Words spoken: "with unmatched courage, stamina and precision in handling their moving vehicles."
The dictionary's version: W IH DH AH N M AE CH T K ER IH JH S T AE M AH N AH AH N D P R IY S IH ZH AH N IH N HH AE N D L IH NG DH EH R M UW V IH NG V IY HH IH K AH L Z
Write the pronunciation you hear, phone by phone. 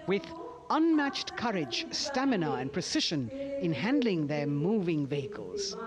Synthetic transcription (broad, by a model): W IH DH AH N M AE CH T K ER IH JH S T AE M AH N AH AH N P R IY S IH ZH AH N IH N HH AE N D L IH NG DH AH R M UW V IH NG V IY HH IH K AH L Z